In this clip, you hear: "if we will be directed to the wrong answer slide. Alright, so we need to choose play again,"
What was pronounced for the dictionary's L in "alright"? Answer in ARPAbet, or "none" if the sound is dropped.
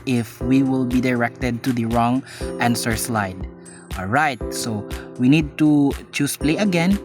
L